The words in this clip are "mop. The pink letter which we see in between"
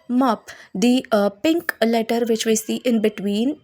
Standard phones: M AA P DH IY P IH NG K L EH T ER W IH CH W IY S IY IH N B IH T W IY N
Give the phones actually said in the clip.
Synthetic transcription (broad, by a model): M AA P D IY P IH NG K L EH T ER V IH CH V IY S IY IH N B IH T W IY N